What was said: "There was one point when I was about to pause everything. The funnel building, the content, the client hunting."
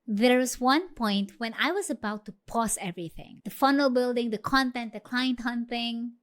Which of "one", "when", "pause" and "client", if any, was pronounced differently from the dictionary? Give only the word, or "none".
pause